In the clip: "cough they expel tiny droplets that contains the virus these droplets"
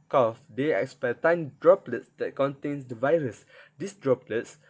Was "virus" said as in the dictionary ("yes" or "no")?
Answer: yes